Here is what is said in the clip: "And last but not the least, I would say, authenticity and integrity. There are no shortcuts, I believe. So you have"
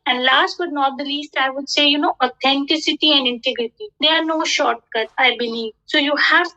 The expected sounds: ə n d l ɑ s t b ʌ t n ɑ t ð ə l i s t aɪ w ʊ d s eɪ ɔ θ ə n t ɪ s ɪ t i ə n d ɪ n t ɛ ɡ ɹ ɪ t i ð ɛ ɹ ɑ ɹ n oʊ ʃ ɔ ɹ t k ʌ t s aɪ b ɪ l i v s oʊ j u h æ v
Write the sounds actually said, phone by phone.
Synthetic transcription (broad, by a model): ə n d l ɑ s t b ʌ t n ɑ t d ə l i s t aɪ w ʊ d s eɪ ɔ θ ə n t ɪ s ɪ t i ə n d ɪ n t ɛ ɡ ɹ ɪ t i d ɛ ɑ ɹ n oʊ ʃ ɔ ɹ t k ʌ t aɪ b ɪ l i v s oʊ j u h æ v